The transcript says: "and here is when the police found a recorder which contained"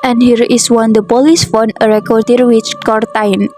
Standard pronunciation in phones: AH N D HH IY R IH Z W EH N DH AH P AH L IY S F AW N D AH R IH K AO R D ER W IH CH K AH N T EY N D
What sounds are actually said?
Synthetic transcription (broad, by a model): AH N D HH IY R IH S W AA N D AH P AH L IY S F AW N AH R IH K AO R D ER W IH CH K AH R T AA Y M